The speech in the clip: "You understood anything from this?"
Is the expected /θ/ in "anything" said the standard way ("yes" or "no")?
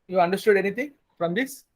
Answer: no